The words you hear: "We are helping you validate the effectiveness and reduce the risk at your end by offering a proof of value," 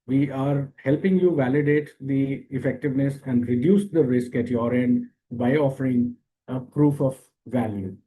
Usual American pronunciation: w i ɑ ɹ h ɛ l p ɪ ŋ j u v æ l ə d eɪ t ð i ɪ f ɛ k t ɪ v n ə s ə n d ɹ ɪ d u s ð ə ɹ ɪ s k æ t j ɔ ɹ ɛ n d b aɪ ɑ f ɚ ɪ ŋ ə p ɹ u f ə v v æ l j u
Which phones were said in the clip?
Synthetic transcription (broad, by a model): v i ɑ ɹ h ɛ l p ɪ ŋ j u v æ l ə d eɪ t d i ɪ f ɛ k t ɪ v n ə s ə n d ɹ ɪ d u s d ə ɹ ɪ s k æ t j ɔ ɹ ɛ n d b aɪ ɑ f ɚ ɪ ŋ ə p ɹ u f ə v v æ l j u